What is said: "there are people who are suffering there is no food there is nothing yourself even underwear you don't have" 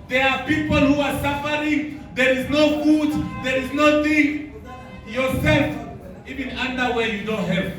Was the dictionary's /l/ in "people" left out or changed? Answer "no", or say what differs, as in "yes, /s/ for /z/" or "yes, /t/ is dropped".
no